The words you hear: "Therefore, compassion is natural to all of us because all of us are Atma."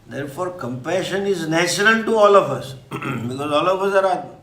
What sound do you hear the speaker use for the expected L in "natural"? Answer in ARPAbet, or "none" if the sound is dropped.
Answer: N